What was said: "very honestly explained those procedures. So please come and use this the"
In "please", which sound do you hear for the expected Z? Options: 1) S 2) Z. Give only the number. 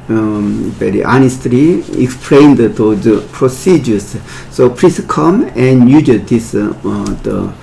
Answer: 1